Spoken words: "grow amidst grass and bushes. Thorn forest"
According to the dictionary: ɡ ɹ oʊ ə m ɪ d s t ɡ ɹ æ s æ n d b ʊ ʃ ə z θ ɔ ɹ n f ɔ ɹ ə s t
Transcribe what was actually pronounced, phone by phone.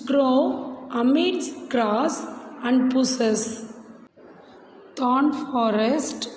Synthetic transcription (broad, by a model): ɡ ɹ oʊ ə m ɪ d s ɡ ɹ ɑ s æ n d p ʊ s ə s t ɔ n f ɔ ɹ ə s t